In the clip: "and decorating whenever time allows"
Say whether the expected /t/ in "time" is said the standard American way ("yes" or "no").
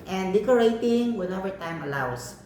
yes